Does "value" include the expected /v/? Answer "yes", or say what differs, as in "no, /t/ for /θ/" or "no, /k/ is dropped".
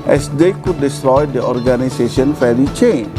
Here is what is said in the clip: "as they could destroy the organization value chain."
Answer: no, /f/ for /v/